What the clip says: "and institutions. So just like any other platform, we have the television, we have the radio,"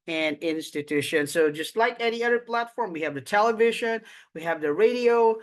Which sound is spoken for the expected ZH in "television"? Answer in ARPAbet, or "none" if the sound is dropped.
ZH